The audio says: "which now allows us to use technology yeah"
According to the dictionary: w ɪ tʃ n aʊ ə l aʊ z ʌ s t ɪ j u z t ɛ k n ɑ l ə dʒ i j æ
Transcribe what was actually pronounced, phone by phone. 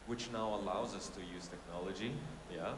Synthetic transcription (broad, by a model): w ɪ tʃ n aʊ ə l aʊ z ʌ s t ɪ j u z t ɛ k n ɑ l ə dʒ i j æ